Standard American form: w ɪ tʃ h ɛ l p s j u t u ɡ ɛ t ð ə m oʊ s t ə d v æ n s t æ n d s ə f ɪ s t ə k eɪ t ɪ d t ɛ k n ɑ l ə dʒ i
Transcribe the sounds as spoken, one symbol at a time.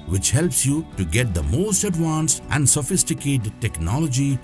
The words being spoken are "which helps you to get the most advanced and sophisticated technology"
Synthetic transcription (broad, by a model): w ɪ tʃ h ɛ l p s j u t u ɡ ɛ t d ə m oʊ s t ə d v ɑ n s t æ n d s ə f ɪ s t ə k eɪ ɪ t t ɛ k n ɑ l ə dʒ i